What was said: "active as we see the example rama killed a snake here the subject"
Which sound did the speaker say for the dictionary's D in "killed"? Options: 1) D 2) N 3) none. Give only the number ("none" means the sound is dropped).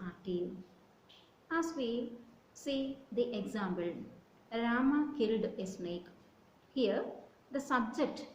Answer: 1